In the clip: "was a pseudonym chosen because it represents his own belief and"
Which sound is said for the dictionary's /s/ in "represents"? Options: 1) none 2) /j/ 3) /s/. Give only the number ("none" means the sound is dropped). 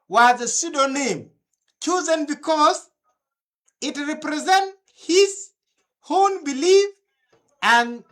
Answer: 1